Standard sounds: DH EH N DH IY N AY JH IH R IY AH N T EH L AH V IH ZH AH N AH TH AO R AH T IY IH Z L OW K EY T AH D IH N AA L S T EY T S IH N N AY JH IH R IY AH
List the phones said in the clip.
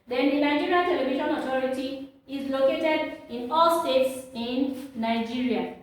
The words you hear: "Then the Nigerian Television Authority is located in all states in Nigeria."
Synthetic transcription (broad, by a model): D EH N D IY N AY JH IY R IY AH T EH L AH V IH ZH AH N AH T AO R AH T IY IH Z L OW K EY T AH D IH N AA L S T EY T S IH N N AY JH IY R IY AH